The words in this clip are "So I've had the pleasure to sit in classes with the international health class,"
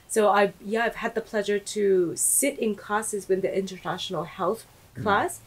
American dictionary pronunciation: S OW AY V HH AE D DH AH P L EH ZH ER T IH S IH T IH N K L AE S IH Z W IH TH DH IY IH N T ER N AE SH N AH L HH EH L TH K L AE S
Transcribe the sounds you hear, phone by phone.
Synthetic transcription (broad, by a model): S OW AY V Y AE D DH AH P L EH ZH ER T IH S IH T IH N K AE S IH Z W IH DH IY IH N T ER N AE SH N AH L HH EH L TH K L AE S